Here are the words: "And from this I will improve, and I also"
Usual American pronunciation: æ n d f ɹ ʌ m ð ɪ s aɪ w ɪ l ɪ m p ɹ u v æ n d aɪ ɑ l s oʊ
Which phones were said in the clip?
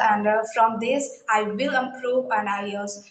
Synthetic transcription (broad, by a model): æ n d f ɹ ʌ m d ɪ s aɪ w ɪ l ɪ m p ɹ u p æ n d aɪ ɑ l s